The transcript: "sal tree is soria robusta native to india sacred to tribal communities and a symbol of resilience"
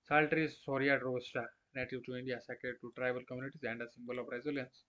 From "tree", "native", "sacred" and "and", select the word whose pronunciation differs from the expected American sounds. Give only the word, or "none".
sacred